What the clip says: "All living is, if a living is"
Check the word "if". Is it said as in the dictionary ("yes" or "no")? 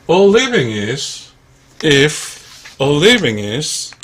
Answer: yes